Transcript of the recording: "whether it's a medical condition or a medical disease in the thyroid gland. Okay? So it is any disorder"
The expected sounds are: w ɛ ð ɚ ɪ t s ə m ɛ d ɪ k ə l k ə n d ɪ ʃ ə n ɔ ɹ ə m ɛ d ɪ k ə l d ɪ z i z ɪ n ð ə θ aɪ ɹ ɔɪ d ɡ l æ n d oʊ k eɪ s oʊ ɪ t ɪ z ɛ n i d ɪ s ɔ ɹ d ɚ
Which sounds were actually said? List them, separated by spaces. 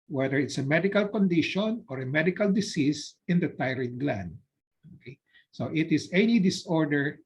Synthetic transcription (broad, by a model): w ɛ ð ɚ ɪ t s ə m ɛ d ɪ k ə l k ə n d ɪ ʃ ə n ɔ ɹ ə m ɛ d ɪ k ə l d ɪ s i s ɪ n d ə t aɪ ɹ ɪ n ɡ l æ n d oʊ k eɪ s oʊ ɪ t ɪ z ɛ n i d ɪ s ɔ ɹ d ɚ